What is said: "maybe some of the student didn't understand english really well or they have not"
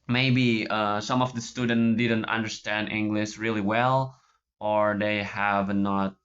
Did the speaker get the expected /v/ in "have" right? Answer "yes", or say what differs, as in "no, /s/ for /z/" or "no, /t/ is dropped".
yes